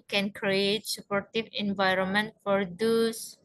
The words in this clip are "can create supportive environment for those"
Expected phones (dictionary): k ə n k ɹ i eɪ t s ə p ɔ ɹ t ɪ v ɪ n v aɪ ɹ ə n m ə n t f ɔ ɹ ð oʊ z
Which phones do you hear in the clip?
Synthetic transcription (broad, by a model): k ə n k ɹ i eɪ t s ə p ɔ ɹ t ɪ v ɪ n v aɪ ɹ ə n m ə n t f ɔ ɹ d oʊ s